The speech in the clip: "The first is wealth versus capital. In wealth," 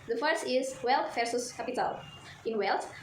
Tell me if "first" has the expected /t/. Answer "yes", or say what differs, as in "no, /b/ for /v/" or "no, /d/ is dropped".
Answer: no, /t/ is dropped